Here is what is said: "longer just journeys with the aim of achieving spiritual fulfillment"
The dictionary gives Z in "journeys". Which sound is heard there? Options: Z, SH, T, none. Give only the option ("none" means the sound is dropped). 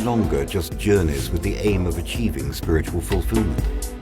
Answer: Z